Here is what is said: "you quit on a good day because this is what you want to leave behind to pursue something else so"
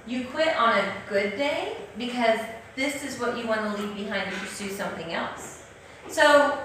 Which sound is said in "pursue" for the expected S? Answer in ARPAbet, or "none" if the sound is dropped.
S